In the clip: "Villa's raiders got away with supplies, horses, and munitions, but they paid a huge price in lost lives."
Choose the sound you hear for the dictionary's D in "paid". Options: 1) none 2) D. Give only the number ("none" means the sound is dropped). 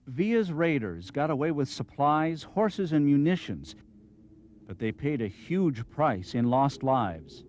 2